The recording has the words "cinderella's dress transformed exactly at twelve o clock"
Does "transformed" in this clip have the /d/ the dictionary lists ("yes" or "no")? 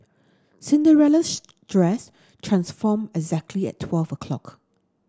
no